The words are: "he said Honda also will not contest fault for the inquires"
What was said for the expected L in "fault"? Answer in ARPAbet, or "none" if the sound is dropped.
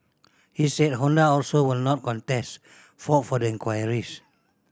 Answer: none